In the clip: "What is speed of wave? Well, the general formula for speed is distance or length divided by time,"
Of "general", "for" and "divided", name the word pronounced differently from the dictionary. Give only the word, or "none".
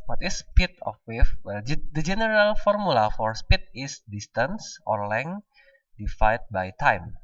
divided